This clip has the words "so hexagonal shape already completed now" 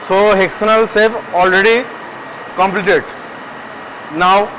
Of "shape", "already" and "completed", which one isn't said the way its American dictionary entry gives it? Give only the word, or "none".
shape